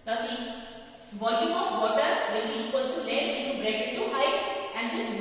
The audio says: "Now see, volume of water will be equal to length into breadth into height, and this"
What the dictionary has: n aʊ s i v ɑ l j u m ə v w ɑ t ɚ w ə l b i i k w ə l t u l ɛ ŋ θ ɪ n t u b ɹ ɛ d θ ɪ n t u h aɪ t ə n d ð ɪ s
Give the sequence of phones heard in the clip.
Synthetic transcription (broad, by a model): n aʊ s i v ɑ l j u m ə f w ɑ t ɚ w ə l b i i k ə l s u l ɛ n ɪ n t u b ɹ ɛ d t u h aɪ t ə n d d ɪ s